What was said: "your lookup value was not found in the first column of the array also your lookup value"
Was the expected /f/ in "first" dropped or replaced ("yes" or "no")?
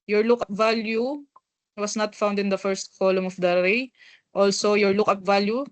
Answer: no